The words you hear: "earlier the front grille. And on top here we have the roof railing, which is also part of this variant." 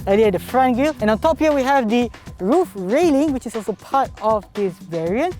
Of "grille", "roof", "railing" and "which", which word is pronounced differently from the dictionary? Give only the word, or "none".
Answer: grille